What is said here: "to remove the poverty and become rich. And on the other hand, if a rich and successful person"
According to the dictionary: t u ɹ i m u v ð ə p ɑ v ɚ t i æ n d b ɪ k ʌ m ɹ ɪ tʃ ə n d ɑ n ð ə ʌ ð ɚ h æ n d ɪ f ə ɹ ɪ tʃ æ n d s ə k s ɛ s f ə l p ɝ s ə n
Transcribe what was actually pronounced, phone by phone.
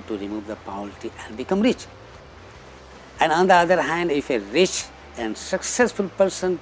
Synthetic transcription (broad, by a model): t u ɹ i m u v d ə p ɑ ɚ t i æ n d b ɪ k ʌ m ɹ ɪ tʃ ə n d ɑ n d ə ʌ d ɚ h æ n d ɪ f ə ɹ ɪ tʃ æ n d s ə k s ɛ s f ə l p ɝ s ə n